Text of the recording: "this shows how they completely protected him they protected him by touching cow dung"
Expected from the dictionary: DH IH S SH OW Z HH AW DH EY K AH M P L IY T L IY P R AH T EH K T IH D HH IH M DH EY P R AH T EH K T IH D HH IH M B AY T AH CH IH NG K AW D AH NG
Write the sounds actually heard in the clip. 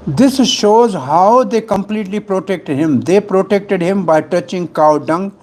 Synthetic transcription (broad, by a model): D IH S SH OW Z HH AW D EY K AH M P L IY T L IY P R AH T EH K T IH D HH IH M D EY P R AH T EH K T IH D HH IH M B AY T AH CH IH NG K AW D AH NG